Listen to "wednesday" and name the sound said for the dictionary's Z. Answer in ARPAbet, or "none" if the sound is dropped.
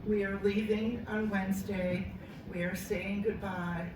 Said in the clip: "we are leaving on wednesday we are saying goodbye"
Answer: Z